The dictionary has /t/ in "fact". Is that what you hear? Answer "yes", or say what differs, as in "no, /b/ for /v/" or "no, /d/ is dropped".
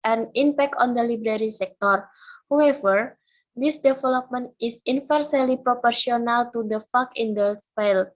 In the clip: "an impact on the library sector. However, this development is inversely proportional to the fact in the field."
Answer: no, /t/ is dropped